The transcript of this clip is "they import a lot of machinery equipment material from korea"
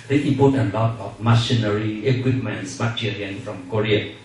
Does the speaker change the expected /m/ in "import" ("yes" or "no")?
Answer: yes